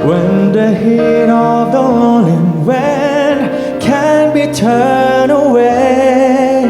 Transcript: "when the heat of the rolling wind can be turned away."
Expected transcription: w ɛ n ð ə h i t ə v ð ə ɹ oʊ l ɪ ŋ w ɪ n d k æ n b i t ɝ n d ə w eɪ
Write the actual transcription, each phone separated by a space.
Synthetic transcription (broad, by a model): w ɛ n ð ə h i t ə v ð ə l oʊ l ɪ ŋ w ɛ n k æ n b i t ɝ n ə w eɪ